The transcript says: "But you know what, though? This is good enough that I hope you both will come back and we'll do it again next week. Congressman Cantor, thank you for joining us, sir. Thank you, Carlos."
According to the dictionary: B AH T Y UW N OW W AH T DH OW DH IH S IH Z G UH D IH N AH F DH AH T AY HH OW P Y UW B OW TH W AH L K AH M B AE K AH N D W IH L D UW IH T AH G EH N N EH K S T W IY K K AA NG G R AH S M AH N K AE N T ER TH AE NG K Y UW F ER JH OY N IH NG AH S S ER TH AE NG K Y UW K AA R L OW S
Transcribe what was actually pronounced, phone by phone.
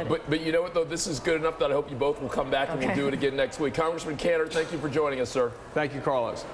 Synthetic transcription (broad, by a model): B AH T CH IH N OW W AH T DH OW DH IH S IH Z G UH D IH N AH F DH AH T AY HH OW P Y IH B OW TH W AH L K AH M B AE K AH N W IH L D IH IH T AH G EH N N EH K S T W IY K K AA NG G R AH S M AH N K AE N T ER TH AE NG K Y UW F ER JH OY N IH NG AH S S ER TH AE NG K Y UW K AA R L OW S